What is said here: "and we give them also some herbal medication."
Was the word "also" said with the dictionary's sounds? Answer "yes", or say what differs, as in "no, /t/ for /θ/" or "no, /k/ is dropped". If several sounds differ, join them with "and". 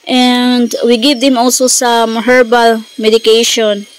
yes